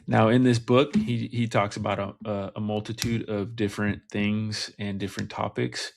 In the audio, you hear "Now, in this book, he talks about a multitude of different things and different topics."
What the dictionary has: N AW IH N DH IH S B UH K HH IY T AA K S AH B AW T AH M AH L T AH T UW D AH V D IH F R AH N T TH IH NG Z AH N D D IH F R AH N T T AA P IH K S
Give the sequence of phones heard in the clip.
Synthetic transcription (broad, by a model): N AW IH N DH IH S B UH K HH IY T AA K S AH B AW T AH M AH L T AH T UW D AH V D IH F R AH N TH IH NG Z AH N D D IH F R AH N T T AA P IH K S